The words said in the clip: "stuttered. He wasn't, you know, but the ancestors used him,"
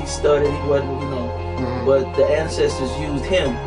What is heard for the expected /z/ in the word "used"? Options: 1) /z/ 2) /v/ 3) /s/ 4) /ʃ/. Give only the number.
1